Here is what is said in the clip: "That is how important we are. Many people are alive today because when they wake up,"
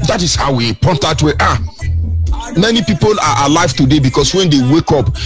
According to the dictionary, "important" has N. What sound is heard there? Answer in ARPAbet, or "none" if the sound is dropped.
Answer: none